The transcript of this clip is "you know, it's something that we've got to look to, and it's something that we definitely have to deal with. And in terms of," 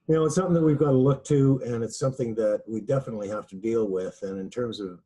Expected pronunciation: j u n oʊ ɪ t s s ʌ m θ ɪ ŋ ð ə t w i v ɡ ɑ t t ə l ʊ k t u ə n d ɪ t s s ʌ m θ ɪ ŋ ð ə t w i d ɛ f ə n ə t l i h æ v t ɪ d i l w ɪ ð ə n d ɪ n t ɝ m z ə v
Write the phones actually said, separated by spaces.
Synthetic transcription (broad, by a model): j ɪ n oʊ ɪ t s s ʌ m θ ɪ ŋ ð ə t w i v ɡ ɑ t t ə l ʊ k t u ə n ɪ t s s ʌ m θ ɪ ŋ ð ə t w i d ɛ f ə n ə t l i h æ f t ɪ d i l w ɪ ð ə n ɪ n t ɝ m z ə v